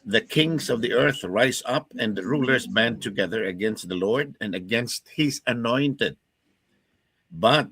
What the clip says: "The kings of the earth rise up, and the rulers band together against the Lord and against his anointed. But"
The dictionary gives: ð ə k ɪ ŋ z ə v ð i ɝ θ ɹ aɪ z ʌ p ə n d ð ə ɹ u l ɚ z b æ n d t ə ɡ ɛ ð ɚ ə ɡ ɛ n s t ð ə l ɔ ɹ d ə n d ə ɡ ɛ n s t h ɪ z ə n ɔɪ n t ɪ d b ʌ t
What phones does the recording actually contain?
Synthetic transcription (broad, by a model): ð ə k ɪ ŋ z ə v ð i ɝ θ ɹ aɪ z ʌ p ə n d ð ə ɹ u l ɚ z b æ n t ə ɡ ɛ ð ɚ ə ɡ ɛ n s t ð ə l ɔ ɹ d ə n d ə ɡ ɛ n s t h ɪ z ə n ɔɪ n t ɪ d b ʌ t